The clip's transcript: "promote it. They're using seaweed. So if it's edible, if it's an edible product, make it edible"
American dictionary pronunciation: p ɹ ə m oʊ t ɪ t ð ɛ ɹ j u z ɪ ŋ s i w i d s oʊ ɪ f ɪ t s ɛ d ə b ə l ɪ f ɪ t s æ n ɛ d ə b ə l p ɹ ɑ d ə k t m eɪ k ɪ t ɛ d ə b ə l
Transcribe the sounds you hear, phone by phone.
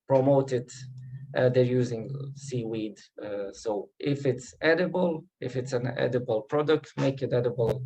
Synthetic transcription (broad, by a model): p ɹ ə m oʊ t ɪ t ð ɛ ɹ j u z ɪ ŋ s i w i d s oʊ ɪ f ɪ t s ɛ d ə b ə l ɪ f ɪ t s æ n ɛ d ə b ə l p ɹ ɑ d ə k t m eɪ k ɪ t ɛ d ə b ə l